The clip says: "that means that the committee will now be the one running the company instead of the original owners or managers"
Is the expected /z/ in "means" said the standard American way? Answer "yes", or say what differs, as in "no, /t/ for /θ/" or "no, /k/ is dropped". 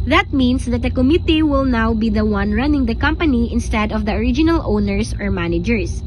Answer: no, /s/ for /z/